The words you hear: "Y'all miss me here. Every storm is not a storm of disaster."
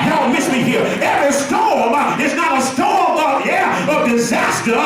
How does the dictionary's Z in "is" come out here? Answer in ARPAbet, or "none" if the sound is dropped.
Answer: S